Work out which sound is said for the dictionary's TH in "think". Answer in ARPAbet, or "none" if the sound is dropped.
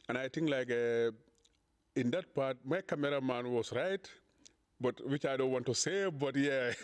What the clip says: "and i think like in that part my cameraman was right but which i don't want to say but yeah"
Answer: T